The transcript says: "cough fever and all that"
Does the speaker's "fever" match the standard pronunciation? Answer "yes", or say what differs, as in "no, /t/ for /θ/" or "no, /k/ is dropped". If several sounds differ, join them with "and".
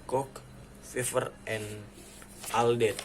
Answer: no, /f/ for /v/